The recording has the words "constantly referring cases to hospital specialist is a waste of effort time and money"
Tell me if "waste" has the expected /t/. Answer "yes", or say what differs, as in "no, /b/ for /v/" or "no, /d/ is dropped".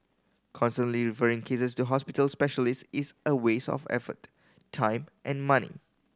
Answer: no, /t/ is dropped